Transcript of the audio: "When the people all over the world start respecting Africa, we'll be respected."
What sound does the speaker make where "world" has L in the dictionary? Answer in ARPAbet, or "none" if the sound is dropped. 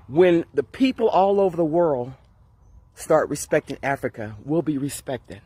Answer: L